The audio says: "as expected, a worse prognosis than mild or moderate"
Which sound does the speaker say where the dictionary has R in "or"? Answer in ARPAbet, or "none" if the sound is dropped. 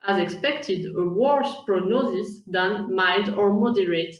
R